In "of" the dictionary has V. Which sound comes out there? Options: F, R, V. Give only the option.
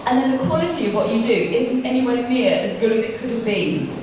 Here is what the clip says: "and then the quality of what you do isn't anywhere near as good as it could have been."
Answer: V